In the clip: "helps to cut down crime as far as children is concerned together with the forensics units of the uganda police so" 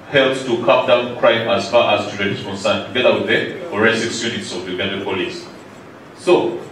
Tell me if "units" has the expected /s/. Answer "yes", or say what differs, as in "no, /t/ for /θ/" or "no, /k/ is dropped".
yes